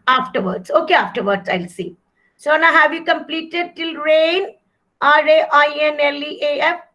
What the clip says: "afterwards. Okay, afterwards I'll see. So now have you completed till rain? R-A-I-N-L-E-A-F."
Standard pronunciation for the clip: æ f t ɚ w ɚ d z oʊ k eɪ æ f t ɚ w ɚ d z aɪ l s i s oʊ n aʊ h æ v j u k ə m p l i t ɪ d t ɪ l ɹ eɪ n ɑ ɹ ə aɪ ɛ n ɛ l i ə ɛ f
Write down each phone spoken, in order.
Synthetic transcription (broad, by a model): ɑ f t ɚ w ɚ d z oʊ k eɪ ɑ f t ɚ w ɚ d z aɪ l s i s oʊ n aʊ h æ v j u k ə m p l i t ɪ d t ɪ l ɹ eɪ n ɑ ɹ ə aɪ ɛ n ɛ l i ə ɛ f